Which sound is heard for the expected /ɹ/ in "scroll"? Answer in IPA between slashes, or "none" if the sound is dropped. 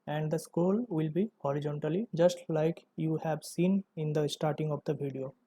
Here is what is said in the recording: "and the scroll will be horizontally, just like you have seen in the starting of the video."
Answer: none